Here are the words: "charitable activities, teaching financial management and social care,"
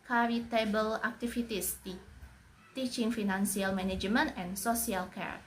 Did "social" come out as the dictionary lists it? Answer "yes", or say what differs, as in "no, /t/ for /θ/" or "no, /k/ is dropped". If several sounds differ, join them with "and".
no, /s/ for /ʃ/